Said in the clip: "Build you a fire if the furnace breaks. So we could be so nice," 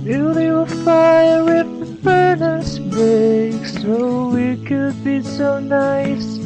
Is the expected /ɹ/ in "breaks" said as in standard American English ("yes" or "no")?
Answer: no